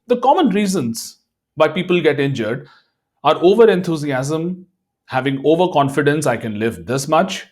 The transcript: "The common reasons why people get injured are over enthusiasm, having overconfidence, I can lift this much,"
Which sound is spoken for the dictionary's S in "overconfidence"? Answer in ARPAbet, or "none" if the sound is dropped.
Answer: S